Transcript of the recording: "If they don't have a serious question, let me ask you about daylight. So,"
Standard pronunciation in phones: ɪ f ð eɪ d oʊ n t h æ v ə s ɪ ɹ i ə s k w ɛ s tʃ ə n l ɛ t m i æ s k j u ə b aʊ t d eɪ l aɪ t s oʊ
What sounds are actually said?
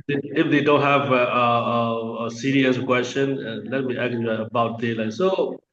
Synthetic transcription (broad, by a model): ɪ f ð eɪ d oʊ n t h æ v ə s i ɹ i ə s k w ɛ s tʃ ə n l ɛ t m i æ k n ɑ ə b aʊ t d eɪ l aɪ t s oʊ